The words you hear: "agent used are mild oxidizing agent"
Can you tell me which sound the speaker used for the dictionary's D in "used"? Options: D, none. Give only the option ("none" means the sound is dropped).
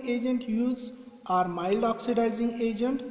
none